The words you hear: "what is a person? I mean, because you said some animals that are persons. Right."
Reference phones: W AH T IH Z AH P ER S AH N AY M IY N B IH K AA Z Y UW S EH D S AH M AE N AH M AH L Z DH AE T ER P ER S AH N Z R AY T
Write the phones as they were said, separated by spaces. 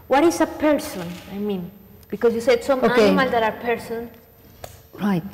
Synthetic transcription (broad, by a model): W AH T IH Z AH P ER S AH N AY M IY N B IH K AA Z Y UW S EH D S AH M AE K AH M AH L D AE T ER P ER S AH N R AY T